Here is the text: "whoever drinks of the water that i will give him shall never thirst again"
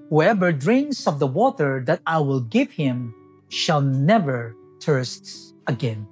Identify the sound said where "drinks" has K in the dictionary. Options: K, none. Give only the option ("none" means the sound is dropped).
none